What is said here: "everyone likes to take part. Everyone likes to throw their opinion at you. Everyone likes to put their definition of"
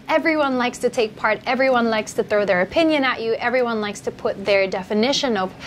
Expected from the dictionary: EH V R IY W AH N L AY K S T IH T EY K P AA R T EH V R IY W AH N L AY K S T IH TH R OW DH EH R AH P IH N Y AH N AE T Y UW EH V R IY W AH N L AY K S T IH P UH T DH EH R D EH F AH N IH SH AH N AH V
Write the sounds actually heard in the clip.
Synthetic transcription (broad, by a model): EH V R IY W AH N L AY K S T IH T EY K P AA R T EH V R IY W AH N L AY K S T IH TH R OW DH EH R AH P IH N Y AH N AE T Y EH V R IY W AH N L AY K S T IH P UH T DH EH R D EH F AH N IH SH AH N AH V